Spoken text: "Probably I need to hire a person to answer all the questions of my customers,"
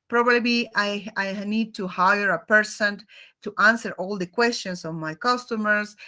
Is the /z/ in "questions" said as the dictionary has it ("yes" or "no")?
no